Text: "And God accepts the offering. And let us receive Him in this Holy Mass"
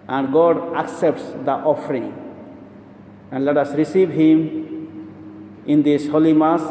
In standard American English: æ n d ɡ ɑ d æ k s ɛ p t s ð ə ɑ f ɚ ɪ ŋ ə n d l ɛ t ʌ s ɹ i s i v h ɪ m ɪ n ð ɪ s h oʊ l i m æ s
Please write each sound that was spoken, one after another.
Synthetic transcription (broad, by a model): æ n d ɡ ɑ d æ k s ɛ p t s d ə ɑ f ɚ ɪ ŋ ə n d l ɛ t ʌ s ɹ i s i v h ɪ m ɪ n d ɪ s h oʊ l i m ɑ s